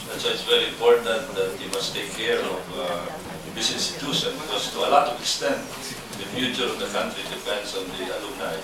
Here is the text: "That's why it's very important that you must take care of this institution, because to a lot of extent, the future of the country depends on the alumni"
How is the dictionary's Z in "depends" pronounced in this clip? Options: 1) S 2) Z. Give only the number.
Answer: 1